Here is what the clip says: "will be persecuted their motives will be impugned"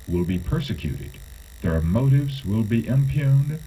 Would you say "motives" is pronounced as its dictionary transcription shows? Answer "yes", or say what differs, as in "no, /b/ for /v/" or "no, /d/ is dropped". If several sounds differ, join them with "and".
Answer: yes